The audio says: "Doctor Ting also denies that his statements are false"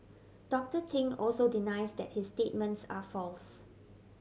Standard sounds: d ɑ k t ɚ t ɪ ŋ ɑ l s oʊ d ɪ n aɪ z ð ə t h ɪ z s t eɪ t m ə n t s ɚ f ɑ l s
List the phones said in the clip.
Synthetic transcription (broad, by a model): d ɑ k t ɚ t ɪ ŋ ɑ l s oʊ d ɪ n aɪ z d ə t h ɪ s t eɪ t m ə n t s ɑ f ɑ l s